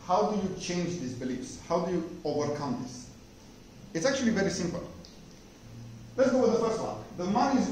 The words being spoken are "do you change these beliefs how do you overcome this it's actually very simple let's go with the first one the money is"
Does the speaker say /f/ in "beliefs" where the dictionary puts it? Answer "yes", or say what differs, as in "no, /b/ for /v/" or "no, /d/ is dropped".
yes